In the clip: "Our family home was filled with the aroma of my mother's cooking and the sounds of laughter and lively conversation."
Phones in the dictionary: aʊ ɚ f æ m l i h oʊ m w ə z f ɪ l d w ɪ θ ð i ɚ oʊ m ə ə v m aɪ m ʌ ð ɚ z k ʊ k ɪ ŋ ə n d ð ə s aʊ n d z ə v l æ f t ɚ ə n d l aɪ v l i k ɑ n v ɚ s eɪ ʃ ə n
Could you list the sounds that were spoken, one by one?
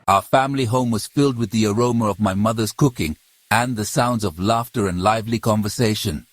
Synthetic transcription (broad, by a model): aʊ ɚ f æ m l i h oʊ m w ə z f ɪ l d w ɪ ð i ɚ oʊ m ə ə v m aɪ m ʌ ð ɚ z k ʊ k ɪ ŋ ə n ð ə s aʊ n d z ə v l æ f t ɚ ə n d l aɪ v l i k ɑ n v ɚ s eɪ ʃ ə n